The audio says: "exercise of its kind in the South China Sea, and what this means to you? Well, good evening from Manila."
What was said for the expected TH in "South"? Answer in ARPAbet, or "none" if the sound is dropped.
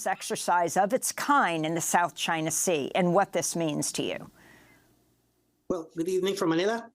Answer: TH